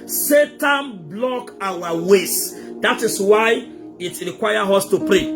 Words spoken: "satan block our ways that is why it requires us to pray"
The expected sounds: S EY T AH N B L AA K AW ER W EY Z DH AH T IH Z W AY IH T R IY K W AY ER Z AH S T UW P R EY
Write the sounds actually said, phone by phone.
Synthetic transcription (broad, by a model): S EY T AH N B L AA K AW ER W EY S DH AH T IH S W AY IH T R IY K W AY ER AO S T UW P R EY